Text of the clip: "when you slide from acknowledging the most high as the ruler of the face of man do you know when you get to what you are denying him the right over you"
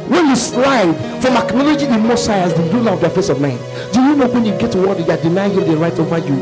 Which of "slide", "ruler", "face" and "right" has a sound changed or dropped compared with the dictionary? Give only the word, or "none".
ruler